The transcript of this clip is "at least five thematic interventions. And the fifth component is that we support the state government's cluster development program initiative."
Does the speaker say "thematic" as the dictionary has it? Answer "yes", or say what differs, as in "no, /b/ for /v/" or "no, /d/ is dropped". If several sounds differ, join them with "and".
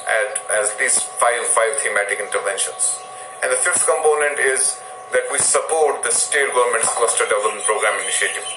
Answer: no, /t/ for /θ/